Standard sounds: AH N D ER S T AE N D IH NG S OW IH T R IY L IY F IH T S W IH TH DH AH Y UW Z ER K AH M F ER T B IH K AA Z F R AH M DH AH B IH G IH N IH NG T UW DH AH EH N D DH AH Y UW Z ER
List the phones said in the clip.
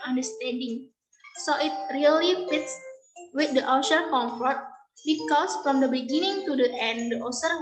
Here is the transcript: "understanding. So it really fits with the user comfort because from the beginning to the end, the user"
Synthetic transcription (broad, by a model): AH N D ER S T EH N D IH NG S OW IH T R IY L IY F IH T S W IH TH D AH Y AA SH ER K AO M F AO T B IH K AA S F R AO M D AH B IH G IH N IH NG T UW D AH EH N D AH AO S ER